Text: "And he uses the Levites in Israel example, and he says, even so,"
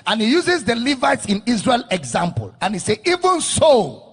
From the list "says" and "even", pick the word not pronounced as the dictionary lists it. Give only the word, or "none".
says